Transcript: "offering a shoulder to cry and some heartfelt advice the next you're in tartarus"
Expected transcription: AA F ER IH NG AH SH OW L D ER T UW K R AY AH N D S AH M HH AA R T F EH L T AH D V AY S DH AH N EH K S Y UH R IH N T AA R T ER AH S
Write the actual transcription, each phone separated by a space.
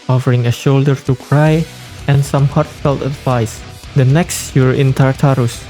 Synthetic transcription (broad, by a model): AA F ER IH NG AH SH OW L D ER T UW K R AY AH N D S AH M HH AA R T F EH L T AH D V AY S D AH N EH K S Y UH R IH N T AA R T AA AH S